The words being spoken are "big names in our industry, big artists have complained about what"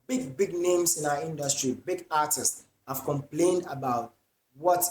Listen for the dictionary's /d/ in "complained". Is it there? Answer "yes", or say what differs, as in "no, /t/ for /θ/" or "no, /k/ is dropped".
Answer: yes